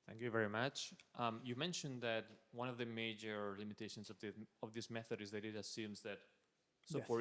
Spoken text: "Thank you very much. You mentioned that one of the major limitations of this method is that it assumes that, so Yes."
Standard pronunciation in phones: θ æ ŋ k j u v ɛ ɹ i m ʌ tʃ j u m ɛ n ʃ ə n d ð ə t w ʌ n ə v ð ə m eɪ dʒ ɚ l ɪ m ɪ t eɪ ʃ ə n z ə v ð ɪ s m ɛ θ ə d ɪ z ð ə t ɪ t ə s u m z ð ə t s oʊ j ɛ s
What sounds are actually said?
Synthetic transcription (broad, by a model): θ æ ŋ k j u v ɛ ɹ i m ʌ tʃ j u m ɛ n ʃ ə n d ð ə t w ʌ n ə v ð ə m eɪ dʒ ɚ l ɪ m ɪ t eɪ ʃ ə n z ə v ð ɪ s m ɛ θ ə d ɪ z ð ə t ɪ t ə s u m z ð ə t s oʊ